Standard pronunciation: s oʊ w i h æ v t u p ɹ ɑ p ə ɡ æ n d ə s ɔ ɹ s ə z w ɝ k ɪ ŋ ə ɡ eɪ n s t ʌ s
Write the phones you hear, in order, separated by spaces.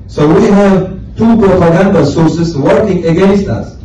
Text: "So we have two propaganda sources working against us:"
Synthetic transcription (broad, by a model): s oʊ w i h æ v t u p ɹ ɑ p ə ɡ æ n d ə s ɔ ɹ s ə s w ɝ k ɪ ŋ ə ɡ eɪ n s t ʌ s